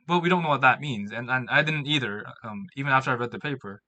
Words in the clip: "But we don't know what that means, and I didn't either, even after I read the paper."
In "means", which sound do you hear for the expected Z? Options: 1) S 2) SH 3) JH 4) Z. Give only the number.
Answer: 4